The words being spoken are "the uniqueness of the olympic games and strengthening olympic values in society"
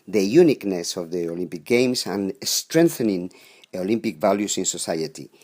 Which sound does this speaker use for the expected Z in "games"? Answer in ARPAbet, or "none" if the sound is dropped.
S